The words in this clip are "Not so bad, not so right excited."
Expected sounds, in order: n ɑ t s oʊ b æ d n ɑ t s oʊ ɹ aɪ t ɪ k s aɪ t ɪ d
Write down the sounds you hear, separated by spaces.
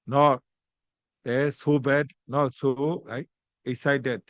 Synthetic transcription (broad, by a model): n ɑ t s oʊ b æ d n ɑ t s oʊ l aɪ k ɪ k s aɪ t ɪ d